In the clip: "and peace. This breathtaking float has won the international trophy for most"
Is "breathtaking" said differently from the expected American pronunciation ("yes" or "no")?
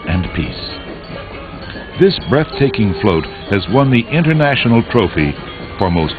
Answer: no